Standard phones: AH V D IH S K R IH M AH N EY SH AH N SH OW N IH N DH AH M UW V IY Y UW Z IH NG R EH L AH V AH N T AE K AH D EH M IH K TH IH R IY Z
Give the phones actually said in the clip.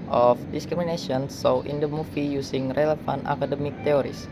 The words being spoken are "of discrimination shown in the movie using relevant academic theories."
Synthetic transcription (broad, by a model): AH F D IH S K R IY M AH N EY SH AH N S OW IH N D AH M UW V IY Y UW S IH NG R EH L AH F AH N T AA K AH D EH M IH K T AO R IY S